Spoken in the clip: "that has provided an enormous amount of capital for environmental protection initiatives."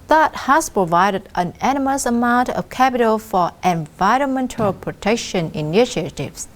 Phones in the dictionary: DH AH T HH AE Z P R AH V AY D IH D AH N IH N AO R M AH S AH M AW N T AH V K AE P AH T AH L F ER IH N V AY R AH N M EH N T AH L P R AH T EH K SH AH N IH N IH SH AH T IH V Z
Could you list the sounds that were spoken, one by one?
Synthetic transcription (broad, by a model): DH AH T HH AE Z P R AH V AY D IH D AH N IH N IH M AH S AH M AW N T AH V K AE P AH T AH L F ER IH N V AY R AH N M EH N T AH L P R AH T EH K SH AH N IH N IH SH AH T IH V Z